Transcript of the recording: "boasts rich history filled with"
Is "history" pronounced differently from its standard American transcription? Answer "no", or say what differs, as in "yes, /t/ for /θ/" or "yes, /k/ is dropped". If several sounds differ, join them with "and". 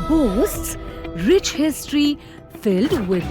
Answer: no